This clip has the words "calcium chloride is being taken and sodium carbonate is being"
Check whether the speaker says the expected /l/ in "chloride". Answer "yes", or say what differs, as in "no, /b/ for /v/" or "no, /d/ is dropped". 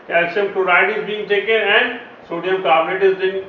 no, /l/ is dropped